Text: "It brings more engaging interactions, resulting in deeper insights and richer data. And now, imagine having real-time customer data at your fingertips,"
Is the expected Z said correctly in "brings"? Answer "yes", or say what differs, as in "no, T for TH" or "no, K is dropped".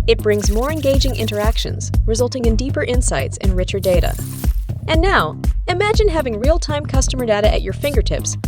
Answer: yes